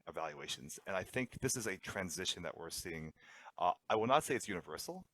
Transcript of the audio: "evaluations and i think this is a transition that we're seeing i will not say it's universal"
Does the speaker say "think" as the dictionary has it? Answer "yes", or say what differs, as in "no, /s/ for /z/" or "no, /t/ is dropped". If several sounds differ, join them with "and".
yes